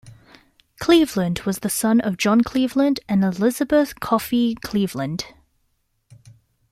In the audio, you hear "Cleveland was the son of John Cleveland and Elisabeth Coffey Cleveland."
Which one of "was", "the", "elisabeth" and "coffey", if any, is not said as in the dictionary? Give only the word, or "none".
none